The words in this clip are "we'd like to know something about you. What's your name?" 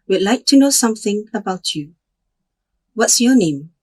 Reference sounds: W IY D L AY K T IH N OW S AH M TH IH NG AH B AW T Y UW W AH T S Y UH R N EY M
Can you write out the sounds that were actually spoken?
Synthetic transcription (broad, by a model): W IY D L AY K T IH N OW S AH M TH IH NG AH B AW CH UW W AH T S Y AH R N EY M